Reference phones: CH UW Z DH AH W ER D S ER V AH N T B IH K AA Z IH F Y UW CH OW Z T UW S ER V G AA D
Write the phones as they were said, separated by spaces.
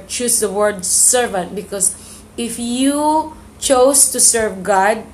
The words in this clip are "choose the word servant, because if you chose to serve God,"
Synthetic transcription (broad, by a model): CH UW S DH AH W ER D S ER V AH N T B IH K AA S IH F Y UW CH OW S T UW S ER V G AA D